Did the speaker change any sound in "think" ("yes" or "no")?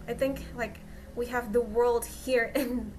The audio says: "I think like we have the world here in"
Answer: no